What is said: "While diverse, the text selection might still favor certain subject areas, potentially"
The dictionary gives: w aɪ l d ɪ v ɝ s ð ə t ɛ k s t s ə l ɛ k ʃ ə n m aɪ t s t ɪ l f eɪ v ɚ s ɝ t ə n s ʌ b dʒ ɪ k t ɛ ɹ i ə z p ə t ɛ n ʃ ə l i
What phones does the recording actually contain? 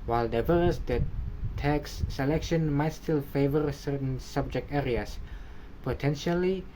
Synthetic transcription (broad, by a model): w aɪ l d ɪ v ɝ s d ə t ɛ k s s ə l ɛ k ʃ ə n m aɪ t s t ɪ l f eɪ v ɚ s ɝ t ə n s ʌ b dʒ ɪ k t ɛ ɹ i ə s p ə t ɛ n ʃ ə l i